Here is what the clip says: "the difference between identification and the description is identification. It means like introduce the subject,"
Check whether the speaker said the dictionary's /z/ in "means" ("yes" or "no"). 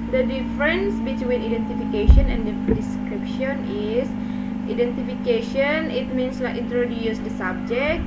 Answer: no